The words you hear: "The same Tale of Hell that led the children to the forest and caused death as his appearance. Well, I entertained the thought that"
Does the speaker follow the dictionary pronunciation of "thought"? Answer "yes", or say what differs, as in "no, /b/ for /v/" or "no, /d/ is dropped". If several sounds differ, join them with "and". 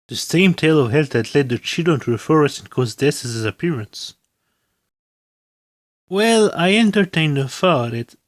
no, /f/ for /θ/